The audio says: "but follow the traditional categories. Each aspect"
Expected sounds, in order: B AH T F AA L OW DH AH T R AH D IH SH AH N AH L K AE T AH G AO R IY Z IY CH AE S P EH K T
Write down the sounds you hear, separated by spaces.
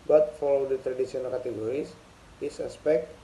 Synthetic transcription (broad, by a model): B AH T F AA L OW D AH T R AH D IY S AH N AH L K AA T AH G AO R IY S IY S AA S P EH K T